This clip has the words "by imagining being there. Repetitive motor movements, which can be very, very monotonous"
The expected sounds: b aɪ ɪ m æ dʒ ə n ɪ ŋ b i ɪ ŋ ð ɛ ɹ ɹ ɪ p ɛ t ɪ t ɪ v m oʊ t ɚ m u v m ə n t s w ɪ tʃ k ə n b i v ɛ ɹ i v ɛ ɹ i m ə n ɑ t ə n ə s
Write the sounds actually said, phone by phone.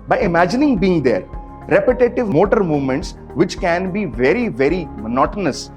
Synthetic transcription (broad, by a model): b aɪ ɪ m æ dʒ ə n ɪ ŋ b i ɪ ŋ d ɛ ɹ ɹ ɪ p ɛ t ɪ t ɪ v m oʊ t ɚ m u v m ə n t s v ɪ tʃ k ə n b i v ɛ ɹ i v ɛ ɹ i m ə n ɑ t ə n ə s